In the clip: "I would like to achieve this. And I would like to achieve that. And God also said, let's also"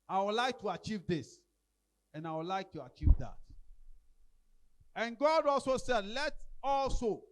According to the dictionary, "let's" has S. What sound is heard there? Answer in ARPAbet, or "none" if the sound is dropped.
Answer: none